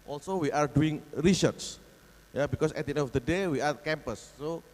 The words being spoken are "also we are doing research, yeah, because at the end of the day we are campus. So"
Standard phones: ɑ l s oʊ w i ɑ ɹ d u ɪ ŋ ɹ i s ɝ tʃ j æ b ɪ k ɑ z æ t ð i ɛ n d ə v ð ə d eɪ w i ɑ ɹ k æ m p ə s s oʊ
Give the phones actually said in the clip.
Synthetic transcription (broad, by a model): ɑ l s oʊ w i ɑ ɹ d u ɪ ŋ ɹ i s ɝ s j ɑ b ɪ k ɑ s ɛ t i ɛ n ə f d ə d eɪ w i ɑ ɹ k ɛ m p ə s s oʊ